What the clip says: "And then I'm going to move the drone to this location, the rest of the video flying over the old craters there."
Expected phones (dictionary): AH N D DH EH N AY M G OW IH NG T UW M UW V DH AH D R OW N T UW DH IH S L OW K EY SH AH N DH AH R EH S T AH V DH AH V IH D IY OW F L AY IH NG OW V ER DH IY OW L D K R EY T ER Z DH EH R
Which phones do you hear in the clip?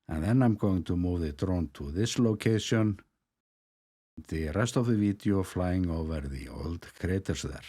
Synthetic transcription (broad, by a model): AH N DH EH N AY M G OW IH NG T UW M UW V DH AH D R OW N T UW DH IH S L OW K EY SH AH N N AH R EH S T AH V DH AH V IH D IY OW F L AY IH NG OW V ER DH IY OW L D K R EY T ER S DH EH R